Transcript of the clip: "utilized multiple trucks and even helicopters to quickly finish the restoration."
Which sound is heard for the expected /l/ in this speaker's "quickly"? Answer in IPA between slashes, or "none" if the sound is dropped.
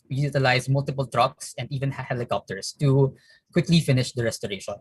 /l/